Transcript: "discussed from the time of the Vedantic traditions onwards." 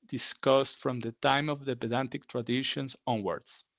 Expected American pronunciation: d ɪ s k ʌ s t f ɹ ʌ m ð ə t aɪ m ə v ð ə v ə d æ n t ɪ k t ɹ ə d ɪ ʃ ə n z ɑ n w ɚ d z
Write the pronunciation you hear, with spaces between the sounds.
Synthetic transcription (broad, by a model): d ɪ s k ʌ s t f ɹ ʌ m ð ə t aɪ m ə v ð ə b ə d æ n t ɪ k t ɹ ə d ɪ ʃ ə n s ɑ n w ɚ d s